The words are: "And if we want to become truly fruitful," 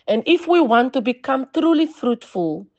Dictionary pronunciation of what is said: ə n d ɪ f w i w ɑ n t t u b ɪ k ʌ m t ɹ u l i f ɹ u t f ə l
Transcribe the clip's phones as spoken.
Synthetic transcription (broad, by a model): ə n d ɪ f w i w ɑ n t t u b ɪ k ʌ m t ɹ u l i f ɹ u t f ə l